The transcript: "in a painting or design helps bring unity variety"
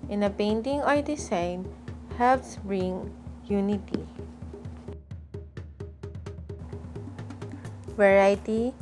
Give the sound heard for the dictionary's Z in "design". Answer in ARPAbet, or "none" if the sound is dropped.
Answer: S